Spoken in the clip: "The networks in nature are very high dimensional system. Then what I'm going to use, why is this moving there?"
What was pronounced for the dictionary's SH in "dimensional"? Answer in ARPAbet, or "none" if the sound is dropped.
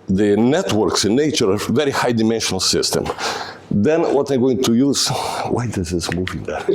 SH